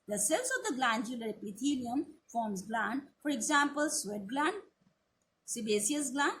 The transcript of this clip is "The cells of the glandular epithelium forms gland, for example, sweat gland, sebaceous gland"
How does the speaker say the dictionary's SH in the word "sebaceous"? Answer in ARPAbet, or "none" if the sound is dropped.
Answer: S